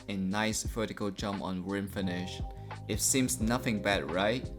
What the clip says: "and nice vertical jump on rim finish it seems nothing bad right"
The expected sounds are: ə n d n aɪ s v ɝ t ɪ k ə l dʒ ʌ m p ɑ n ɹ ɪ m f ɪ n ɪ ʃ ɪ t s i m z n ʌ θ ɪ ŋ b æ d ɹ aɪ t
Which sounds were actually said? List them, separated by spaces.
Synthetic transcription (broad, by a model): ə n n aɪ s f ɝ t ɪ k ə l dʒ ʌ m p ɑ n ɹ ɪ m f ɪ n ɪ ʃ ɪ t s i m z n ʌ θ ɪ ŋ b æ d ɹ aɪ t